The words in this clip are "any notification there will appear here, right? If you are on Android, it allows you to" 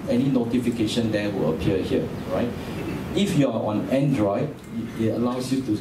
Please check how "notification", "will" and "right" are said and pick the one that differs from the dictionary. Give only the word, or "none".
none